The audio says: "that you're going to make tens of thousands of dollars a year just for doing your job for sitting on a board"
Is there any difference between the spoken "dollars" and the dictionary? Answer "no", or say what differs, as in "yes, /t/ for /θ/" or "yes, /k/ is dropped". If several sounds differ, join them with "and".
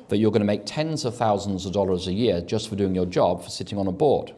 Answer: no